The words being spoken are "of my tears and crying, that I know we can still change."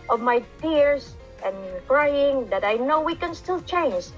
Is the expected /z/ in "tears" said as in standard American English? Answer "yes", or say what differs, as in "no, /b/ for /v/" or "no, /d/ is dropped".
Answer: no, /s/ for /z/